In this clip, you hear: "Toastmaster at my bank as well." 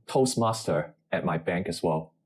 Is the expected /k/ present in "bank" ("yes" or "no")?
yes